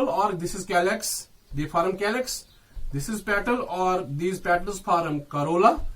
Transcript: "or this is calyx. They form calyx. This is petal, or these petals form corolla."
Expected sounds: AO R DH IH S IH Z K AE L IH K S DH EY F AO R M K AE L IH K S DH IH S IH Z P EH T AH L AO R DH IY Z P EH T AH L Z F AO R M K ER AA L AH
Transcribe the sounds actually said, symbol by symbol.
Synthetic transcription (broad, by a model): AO R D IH S IH Z K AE L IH K S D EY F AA R M K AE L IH K S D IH S IH Z P EH T AH L AO R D IY Z P EH T AH L Z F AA R M K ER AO L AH